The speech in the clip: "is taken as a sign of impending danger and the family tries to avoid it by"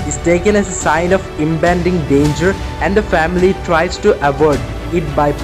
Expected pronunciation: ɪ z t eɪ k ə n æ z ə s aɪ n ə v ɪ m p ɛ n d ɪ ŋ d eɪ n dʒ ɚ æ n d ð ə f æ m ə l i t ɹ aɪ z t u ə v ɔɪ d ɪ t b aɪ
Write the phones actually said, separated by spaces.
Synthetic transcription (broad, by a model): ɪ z t eɪ k ə n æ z ə s aɪ n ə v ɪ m b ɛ n d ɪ ŋ d eɪ n dʒ ɚ æ n d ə f æ m ə l i t ɹ aɪ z t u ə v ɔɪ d ɪ t b aɪ